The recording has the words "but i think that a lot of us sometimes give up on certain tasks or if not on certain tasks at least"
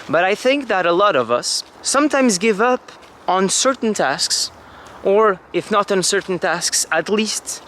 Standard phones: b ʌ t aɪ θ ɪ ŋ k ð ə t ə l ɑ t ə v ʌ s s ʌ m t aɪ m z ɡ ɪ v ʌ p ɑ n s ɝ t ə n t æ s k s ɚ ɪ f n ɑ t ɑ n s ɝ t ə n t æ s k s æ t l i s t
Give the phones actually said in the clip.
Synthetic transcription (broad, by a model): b ʌ t aɪ θ ɪ ŋ k ð ə t ə l ɑ t ə v ʌ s s ʌ m t aɪ m z ɡ ɪ v ʌ p n s ɝ t n t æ s k s ɚ ɪ f n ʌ t n s ɝ t n t æ s k s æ t l i s t